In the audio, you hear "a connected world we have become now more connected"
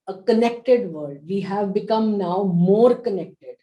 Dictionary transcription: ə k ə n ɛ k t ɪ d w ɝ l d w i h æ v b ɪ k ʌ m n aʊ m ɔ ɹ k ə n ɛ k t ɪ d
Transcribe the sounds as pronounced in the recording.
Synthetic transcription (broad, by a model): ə k ə n ɛ k t ɪ d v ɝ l d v i h æ v b ɪ k ʌ m n aʊ m ɔ ɹ k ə n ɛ k t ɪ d